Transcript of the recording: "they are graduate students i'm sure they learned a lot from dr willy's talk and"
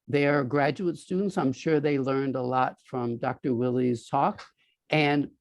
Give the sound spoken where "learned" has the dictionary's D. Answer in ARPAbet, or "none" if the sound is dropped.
D